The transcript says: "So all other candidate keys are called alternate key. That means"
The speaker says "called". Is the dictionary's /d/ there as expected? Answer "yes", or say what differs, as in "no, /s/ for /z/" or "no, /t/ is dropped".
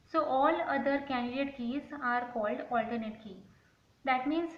yes